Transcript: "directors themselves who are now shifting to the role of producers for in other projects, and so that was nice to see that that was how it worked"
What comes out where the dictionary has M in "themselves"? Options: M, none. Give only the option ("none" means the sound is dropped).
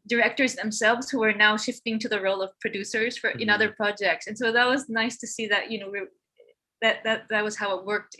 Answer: M